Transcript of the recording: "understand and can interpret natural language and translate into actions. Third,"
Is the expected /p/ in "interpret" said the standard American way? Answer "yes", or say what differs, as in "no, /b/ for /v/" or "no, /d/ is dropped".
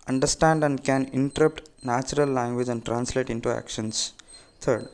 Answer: no, /p/ is dropped